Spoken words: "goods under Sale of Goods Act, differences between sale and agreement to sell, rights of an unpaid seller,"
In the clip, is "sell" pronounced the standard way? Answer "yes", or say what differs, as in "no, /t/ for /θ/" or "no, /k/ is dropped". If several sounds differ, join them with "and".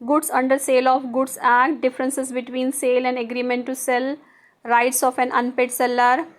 yes